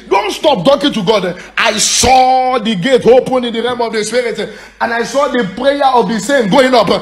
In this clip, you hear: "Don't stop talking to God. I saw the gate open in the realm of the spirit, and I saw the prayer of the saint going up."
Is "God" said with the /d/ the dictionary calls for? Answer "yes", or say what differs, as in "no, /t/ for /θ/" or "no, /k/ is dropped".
yes